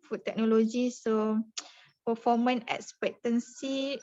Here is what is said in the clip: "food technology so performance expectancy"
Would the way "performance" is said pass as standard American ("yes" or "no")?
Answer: no